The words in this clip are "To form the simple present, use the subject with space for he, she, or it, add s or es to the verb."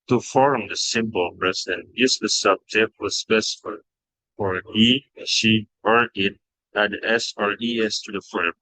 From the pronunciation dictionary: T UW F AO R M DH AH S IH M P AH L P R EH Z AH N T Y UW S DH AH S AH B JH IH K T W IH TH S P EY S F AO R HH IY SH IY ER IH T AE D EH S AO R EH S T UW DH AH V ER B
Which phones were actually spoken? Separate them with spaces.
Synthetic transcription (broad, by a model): T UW F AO R M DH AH S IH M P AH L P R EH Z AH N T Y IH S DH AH S AH B JH IH K T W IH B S F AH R F AO R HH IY SH IY ER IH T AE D EH S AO R EH S T UW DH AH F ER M